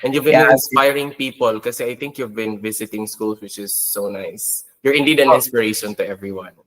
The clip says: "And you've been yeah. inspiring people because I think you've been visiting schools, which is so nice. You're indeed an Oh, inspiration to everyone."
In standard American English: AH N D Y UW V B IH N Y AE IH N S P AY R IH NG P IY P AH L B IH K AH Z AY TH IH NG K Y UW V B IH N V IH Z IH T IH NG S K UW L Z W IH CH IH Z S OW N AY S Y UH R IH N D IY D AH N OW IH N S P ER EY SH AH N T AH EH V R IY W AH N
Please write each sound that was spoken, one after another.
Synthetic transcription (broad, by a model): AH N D Y UW V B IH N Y IH N S P AY R IH NG P IY P AH L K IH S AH AY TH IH NG K Y UW V B IH N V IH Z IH T IH NG S K UW L S W IH CH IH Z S OW N AY S Y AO R IH N D IY D AH N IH N S P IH EY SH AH N T AH EH V R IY W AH N